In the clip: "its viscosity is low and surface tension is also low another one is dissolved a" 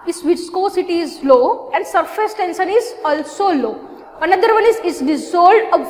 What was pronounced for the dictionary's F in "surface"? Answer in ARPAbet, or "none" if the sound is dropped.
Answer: F